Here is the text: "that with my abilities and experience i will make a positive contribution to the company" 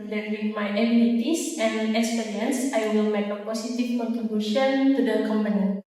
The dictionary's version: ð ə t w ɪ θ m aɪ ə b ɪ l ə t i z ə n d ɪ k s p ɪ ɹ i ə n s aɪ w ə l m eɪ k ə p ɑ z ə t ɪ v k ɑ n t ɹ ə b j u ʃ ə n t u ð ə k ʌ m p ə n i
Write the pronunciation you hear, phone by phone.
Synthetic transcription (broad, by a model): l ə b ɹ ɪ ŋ m aɪ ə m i n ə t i s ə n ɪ k s p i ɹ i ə n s aɪ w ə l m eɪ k ə p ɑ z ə t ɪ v k ɑ n t ɹ ə b j u ʃ ə n t u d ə k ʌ m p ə n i